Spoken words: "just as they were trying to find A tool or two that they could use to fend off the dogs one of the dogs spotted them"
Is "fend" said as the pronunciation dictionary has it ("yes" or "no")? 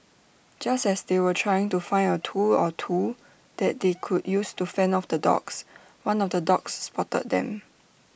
no